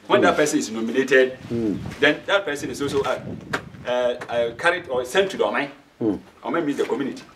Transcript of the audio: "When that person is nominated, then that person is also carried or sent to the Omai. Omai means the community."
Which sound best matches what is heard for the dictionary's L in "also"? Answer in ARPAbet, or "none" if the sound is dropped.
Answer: none